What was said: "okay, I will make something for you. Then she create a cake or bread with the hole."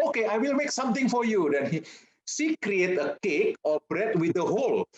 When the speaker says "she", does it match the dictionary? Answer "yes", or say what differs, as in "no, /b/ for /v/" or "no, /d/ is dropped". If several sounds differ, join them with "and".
no, /s/ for /ʃ/